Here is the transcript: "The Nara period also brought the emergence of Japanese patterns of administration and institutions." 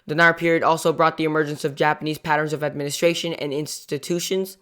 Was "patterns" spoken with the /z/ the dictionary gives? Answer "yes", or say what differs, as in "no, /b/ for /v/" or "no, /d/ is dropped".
yes